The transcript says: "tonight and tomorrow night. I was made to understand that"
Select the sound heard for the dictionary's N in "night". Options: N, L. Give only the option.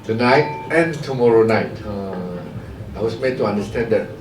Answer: N